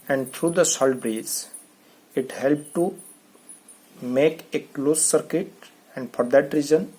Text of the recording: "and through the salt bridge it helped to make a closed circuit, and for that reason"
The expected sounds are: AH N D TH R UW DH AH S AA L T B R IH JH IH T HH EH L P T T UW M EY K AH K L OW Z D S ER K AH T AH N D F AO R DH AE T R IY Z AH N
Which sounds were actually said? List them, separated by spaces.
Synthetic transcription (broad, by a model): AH N D T R UW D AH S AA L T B R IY Z IH T HH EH L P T T UW M EY K AH K L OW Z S S ER K AH T AH N D F AO R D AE T R IY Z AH N